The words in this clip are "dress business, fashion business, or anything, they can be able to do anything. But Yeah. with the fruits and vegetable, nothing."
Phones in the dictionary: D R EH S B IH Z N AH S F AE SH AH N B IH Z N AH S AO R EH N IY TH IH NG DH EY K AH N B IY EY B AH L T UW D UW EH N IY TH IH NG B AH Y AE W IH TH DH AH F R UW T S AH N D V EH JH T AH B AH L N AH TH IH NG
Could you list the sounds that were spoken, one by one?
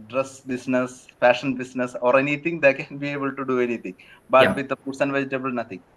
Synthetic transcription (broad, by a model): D R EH S B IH S N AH S F AE SH AH N B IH S N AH S AO R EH N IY T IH NG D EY K AH N B IY EY B AH L T UW D UW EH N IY T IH NG B AH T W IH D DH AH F UW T S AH N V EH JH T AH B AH L N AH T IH NG